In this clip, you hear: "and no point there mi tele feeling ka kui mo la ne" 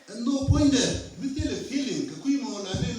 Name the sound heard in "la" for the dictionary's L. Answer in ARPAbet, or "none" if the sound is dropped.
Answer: N